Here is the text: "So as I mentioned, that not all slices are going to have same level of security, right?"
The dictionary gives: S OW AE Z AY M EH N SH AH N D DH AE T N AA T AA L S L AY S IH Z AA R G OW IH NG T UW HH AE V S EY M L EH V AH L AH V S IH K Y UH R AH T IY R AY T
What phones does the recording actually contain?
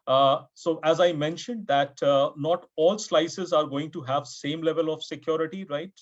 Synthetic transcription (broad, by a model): S OW AE Z AY M EH N SH AH N D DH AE T N AA T AA L S L AY S IH Z AA R G OW IH NG T UW HH AE V S EY M L EH V AH L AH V S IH K Y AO R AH T IY R AY T